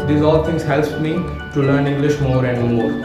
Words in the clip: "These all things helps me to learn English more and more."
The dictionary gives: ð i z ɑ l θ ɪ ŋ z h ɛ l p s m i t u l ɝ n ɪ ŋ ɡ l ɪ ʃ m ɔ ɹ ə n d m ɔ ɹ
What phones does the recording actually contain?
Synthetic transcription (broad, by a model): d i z ɑ l t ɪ ŋ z h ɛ l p m i t u l ɝ n ɪ ŋ ɡ l ɪ ʃ m ɔ ɹ ə n d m ɔ ɹ